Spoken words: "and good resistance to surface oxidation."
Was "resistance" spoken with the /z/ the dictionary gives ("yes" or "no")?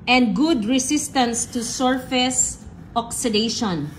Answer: no